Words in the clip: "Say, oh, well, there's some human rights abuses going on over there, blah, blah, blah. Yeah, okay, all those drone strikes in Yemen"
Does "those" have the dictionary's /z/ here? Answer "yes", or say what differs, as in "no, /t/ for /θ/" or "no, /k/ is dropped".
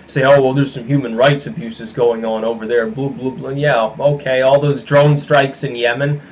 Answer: yes